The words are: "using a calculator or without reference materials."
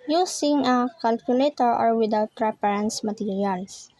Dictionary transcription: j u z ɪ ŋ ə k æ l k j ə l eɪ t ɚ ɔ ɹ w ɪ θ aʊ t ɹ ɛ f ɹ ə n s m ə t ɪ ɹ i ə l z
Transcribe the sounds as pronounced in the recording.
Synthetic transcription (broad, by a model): j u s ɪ ŋ ə k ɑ l k j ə l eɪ t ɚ ɔ ɹ w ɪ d aʊ t ɹ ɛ p ɹ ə n s m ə t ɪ ɹ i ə l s